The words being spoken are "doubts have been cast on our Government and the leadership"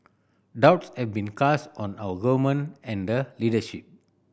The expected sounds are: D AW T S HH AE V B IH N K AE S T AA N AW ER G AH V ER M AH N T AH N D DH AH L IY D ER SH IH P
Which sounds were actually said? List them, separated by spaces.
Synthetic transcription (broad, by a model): D AW T S HH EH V B IH N K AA S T AA N AW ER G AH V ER M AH N AH N D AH L IY D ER SH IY P